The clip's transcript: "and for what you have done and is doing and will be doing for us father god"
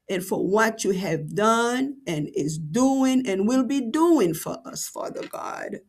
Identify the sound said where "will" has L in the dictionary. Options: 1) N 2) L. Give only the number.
2